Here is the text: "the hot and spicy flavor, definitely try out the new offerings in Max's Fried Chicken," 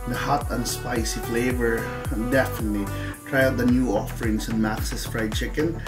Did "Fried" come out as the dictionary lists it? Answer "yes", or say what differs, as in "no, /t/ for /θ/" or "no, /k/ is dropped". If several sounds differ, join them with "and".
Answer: yes